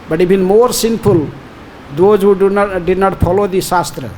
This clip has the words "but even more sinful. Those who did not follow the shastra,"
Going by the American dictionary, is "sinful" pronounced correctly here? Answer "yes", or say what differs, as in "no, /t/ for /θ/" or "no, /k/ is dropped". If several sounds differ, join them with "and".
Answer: no, /p/ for /f/